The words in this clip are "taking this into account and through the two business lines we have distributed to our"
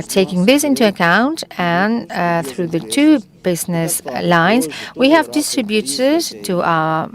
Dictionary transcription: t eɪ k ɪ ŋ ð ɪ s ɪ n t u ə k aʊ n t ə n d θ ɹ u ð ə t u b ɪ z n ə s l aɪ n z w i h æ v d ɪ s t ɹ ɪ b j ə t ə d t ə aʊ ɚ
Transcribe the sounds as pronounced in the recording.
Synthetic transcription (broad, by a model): t eɪ k ɪ ŋ ð ɪ s ɪ n t u ə k aʊ n t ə n θ ɹ u ð ə t u b ɪ z n ə s l aɪ n z w i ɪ v d ɪ s t ɹ ɪ b j ə t ə d t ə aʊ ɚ